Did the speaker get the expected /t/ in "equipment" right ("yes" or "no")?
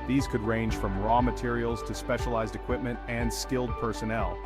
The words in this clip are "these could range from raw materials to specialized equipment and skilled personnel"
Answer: yes